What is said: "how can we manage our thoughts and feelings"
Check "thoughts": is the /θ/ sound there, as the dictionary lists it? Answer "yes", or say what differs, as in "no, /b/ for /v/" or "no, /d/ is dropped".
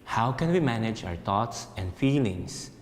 no, /t/ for /θ/